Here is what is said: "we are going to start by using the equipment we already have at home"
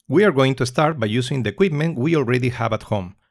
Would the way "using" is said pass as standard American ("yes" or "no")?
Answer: no